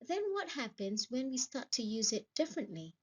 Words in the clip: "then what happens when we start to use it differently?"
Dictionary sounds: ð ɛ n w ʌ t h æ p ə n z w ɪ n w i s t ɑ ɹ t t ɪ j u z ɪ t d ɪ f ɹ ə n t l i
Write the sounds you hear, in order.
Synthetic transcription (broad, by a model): ð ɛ n w ʌ t h æ p ə n z w ɪ n w i s t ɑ ɹ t t ɪ j u z ɪ t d ɪ f ɹ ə n t l i